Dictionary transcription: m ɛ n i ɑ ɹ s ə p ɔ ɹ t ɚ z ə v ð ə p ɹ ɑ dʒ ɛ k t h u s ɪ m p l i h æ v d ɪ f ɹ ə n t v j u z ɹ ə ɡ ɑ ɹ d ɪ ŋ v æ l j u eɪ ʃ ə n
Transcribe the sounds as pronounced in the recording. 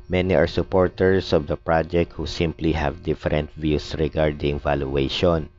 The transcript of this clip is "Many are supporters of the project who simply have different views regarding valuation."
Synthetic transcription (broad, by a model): m ɛ n i ɑ ɹ s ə p ɔ ɹ t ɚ s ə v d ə p ɹ ɑ dʒ ɛ k t h u s ɪ m p l i h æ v d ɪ f ɹ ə n t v j u s ɹ ə ɡ ɑ ɹ d ɪ ŋ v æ l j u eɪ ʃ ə n